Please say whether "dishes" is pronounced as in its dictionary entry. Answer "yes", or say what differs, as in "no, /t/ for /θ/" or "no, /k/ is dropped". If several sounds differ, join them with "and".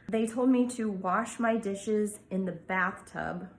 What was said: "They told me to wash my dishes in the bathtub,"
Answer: yes